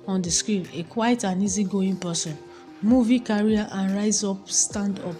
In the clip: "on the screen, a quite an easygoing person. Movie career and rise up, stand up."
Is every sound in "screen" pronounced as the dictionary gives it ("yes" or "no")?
no